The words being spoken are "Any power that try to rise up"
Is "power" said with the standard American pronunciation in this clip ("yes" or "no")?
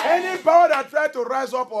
no